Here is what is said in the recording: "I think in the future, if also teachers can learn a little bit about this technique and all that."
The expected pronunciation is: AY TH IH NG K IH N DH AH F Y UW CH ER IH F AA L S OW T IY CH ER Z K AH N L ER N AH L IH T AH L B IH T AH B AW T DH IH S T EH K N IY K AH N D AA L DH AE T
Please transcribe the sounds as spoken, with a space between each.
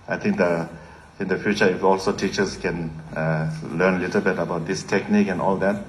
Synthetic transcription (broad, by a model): AY T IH NG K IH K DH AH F Y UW CH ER IH F AA L S OW T IY CH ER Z K AH N L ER N L IH T AH L B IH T AH B AW T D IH S T EH K N IY K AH N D AA L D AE T